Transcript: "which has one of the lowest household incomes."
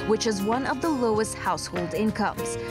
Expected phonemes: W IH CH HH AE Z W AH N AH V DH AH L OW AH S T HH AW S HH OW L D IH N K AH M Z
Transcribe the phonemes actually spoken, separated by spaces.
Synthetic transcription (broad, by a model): W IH CH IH Z W AH N AH V DH AH L OW AH S T HH AW S HH OW L D IH N K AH M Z